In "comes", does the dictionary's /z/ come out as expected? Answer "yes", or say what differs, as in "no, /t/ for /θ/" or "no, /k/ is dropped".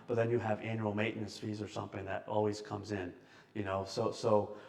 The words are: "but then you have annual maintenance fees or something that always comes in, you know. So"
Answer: yes